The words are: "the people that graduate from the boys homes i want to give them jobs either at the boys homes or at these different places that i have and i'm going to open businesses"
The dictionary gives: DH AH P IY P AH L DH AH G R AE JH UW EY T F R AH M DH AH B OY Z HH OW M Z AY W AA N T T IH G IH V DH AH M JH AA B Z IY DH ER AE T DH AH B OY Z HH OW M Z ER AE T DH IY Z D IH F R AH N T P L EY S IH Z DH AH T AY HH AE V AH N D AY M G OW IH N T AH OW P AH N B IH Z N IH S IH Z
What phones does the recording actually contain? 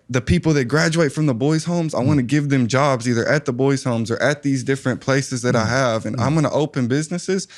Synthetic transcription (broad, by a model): DH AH P IY P L DH AH G R AE JH UW EY T F R AH M DH AH B OY Z HH OW M Z AY W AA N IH G IH V DH AH M JH AA B Z IY DH ER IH T DH AH B OY Z HH OW M Z ER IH T DH IY Z D IH F R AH N P L EY S IH Z DH AH T AY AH V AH N AY M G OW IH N T AH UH P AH N B IH Z N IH S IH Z